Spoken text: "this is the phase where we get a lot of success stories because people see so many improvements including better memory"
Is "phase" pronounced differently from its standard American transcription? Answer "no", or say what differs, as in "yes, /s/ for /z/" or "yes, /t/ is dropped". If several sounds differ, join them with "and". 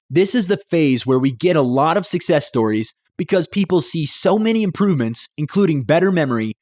no